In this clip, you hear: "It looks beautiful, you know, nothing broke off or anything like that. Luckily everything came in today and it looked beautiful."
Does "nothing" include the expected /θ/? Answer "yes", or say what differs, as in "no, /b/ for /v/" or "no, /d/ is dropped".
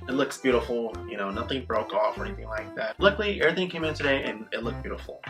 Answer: yes